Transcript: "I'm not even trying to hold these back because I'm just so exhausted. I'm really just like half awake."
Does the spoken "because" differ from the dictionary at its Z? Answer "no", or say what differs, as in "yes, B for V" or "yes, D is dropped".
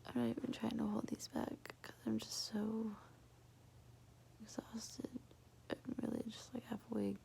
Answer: yes, Z is dropped